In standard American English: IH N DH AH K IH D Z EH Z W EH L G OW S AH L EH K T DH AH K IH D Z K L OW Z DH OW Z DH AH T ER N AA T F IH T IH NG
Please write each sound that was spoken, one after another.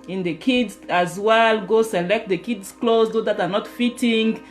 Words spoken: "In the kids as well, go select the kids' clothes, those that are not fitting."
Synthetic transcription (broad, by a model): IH N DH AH K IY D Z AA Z W EH L G OW S AH L EH K T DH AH K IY D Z K L OW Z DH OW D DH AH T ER N AA T F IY T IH NG